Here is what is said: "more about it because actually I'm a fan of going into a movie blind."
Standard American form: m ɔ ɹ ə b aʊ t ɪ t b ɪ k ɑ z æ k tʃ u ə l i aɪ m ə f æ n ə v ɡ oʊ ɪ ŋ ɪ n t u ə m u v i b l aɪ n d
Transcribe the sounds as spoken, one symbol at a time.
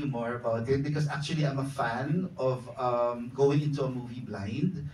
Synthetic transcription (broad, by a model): m ɔ ɹ ə b aʊ t ɪ t b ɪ k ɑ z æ k tʃ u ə l i aɪ m ə f æ n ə v ɡ oʊ ɪ ŋ ɪ n t u ə m u v i b l aɪ n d